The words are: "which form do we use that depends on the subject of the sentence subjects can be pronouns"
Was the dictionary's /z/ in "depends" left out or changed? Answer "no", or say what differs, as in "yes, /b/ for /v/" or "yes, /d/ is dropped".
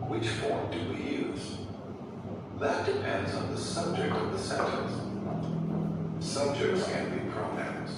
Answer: no